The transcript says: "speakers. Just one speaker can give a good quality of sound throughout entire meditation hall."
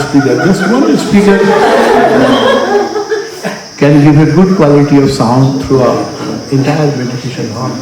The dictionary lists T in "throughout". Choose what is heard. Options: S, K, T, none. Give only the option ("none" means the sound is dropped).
none